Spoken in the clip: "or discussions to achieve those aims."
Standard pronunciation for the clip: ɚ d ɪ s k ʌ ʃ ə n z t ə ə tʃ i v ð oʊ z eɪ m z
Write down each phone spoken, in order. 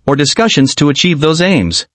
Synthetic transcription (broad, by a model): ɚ d ɪ s k ʌ ʃ ə n z t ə ə tʃ i v ð oʊ z eɪ m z